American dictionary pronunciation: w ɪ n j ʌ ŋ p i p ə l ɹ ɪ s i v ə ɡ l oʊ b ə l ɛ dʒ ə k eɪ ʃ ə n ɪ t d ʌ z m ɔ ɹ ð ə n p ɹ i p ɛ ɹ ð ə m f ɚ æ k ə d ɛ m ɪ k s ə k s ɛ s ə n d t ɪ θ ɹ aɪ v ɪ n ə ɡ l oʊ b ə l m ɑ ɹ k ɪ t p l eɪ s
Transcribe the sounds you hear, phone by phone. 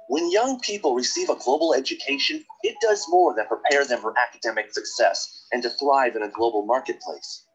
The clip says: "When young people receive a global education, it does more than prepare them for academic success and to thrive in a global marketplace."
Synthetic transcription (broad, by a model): w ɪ n j ʌ ŋ p i p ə l ɹ ɪ s i v ə ɡ l oʊ b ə l ɛ dʒ ə k eɪ ʃ ə n ɪ t d ʌ z m ɔ ɹ ð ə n p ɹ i p ɛ ɹ ð ə m f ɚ æ k ə d ɛ m ɪ k s ə k s ɛ s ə n t ɪ θ ɹ aɪ v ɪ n ə ɡ l oʊ b l m ɑ ɹ k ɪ t p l eɪ s